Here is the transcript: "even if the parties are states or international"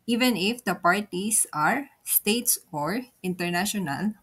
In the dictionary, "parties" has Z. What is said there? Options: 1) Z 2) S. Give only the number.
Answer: 2